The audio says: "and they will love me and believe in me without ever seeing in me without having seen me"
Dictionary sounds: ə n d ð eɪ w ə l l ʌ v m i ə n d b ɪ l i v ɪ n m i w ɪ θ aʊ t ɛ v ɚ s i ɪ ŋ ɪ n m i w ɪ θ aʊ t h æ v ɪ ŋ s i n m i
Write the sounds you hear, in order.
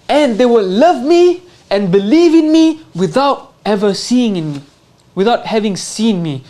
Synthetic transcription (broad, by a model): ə n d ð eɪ w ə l l ʌ v m i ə n b ɪ l i v ɪ n m i w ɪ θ aʊ t ɛ v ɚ s i ɪ ŋ ɪ n m i w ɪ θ aʊ t h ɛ v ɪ ŋ s i n m i